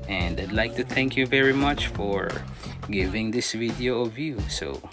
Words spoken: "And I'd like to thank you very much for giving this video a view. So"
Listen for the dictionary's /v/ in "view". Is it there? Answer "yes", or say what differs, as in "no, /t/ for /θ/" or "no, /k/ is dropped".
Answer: yes